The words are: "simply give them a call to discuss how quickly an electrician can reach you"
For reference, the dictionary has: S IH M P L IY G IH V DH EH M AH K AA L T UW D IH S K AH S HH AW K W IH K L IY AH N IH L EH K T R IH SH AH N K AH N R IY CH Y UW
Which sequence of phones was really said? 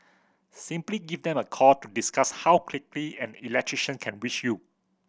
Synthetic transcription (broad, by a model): S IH M P L IY G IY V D EH M AH K AA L T UW D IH S K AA S HH AW K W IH K L IY AH N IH L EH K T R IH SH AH N K AH N W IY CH Y UW